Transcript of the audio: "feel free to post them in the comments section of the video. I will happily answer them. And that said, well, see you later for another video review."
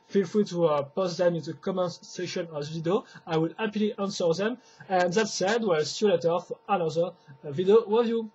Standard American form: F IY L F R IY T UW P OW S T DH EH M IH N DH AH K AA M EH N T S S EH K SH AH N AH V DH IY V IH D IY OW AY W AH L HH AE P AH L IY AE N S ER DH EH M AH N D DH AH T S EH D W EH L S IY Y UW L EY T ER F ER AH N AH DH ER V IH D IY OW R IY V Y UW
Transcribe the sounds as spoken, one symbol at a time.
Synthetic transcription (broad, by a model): F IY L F UW T UW P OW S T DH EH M IH N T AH K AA M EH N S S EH SH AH N AH V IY D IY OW AY W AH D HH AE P L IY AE N S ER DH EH M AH N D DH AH T S EH D W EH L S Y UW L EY T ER F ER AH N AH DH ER V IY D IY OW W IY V Y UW